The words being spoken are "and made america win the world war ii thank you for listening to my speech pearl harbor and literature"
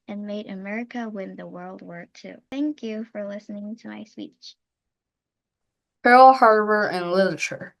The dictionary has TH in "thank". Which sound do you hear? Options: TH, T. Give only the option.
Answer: TH